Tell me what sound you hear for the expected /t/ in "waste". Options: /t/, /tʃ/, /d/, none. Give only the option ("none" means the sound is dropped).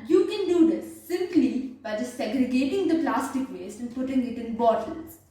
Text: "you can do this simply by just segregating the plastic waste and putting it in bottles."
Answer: none